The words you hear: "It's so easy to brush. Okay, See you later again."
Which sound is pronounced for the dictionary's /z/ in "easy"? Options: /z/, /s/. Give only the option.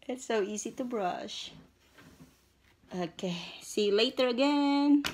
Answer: /z/